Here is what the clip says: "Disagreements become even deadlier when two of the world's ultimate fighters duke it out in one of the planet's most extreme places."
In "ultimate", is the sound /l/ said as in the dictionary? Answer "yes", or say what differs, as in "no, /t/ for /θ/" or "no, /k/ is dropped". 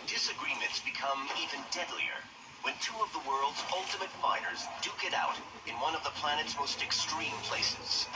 yes